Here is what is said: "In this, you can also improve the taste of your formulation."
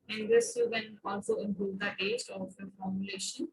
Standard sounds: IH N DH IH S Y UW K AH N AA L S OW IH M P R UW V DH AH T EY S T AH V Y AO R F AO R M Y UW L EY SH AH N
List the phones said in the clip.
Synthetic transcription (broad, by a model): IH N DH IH S Y UW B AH N AA L S OW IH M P UW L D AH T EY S T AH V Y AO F AO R M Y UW L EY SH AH N